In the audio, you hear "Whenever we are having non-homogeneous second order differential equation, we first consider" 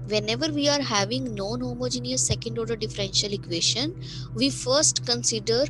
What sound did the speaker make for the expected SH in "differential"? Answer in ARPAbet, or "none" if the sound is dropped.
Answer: SH